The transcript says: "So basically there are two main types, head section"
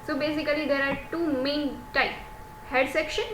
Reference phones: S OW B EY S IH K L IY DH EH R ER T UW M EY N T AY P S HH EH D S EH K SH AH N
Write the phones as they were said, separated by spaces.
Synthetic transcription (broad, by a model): S OW B EY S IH K L IY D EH R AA T UW M EY N T AY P HH EH D S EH K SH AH N